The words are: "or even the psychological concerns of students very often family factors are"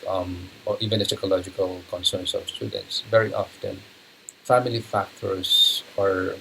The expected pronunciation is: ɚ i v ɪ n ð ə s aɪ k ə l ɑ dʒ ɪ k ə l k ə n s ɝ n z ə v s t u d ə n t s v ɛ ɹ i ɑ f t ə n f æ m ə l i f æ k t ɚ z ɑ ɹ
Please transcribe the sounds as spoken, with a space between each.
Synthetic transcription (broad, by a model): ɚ i v ɪ n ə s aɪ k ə l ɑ dʒ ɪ k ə l k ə n s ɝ n s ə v s t u d ə n t s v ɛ ɹ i ɑ f t ə n f æ m ə l i f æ k t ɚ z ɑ ɹ